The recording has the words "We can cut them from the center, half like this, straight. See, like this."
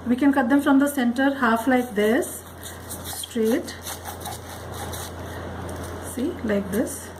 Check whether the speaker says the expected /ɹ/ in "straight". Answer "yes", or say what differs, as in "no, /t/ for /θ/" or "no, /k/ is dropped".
yes